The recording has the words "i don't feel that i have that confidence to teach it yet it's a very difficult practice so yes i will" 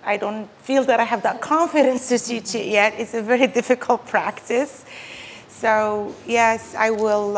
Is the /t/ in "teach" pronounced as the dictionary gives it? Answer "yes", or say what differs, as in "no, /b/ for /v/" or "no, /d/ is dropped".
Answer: no, /s/ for /t/